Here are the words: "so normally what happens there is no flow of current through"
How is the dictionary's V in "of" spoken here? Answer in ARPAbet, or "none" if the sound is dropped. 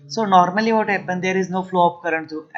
P